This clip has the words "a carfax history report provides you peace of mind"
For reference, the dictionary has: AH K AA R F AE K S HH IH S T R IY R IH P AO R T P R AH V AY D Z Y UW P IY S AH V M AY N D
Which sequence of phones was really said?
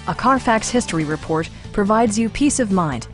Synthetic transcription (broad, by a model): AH K AA R F AE K S HH IH S T R IY R IH P AO R T P R AH V AY D Z Y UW P IY S AH V M AY N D